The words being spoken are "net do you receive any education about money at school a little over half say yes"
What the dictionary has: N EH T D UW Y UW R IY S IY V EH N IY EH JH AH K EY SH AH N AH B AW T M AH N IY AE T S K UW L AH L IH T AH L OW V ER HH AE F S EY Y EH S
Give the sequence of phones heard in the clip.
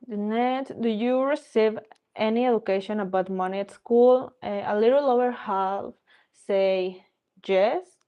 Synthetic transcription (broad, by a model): N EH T D UW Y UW R IY S IY V EH N IY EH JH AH K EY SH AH N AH B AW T M AH N IY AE T S K UW L AH L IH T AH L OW W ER HH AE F S EY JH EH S